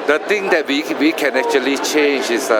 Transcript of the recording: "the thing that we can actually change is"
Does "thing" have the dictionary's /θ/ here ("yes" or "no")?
no